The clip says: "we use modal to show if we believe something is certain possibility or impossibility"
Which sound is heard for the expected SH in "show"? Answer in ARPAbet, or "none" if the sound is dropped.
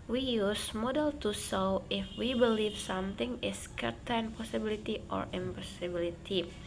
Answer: S